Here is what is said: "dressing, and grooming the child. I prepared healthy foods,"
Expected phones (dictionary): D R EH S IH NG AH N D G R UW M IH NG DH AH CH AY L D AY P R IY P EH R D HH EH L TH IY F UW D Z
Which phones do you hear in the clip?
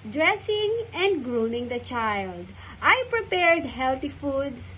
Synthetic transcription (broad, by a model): D R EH S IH NG AH N D G R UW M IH NG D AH CH AY L D AY P R IY P EH R D HH EH L T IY F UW D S